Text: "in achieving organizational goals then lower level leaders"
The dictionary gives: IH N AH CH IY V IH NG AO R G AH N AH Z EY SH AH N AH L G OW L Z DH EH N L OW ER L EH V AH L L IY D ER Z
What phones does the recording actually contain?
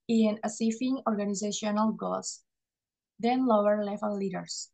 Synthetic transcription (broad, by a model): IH N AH S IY F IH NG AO R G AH N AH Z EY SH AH N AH L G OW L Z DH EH N L OW ER L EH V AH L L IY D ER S